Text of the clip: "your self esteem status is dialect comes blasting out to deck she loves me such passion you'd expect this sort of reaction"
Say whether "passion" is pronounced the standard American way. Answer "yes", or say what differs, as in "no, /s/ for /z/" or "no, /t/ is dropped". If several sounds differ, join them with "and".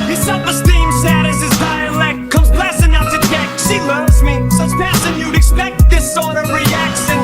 no, /s/ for /ʃ/